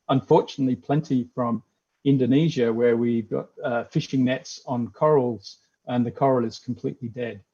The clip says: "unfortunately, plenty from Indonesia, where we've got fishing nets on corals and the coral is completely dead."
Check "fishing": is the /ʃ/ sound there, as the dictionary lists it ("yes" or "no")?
yes